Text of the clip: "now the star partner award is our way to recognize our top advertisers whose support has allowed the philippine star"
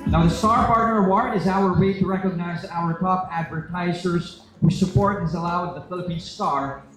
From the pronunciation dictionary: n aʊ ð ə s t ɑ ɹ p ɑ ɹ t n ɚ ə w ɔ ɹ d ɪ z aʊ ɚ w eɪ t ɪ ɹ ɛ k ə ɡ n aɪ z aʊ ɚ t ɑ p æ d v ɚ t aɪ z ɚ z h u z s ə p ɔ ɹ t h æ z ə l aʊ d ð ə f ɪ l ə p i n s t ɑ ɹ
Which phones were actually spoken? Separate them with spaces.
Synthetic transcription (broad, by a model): n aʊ ð ə s t ɑ ɹ p ɑ ɹ t n ɚ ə w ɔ ɹ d ɪ z aʊ ɚ w eɪ t ɪ ɹ ɛ k ə ɡ n aɪ z aʊ ɚ t ɑ p æ d v ɚ t aɪ z ɚ z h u s ə p ɔ ɹ t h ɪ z ə l aʊ d ð ə f ɪ l ə p i n s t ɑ ɹ